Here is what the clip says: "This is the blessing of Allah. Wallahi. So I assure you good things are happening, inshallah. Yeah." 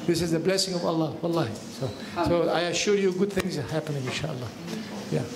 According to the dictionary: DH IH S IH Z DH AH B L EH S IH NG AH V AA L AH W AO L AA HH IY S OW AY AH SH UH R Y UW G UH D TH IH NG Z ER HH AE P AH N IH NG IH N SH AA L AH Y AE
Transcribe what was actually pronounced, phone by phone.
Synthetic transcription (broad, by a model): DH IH S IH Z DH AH B L EH S IH NG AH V AA L AH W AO L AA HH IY S OW AY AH SH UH Y UW G UH D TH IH NG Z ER HH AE P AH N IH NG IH N SH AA L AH Y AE